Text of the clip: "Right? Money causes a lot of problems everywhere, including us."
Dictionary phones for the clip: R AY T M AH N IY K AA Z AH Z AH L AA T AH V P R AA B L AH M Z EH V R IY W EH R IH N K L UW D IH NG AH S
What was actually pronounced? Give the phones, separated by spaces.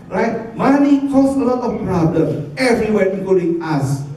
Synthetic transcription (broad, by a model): R AY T M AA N IY K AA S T AH L AA T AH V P R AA B L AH M EH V R IY W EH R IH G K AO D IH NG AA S